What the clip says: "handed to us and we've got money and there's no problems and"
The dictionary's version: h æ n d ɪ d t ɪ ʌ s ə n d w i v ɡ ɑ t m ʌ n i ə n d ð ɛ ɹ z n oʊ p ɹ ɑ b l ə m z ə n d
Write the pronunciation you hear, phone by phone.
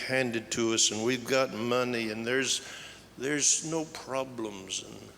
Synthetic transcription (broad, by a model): h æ n d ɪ d t ɪ ʌ s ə n w i v ɡ ɑ t m ʌ n i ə n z ð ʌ ɹ z n oʊ p ɹ ɑ b l ə m z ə n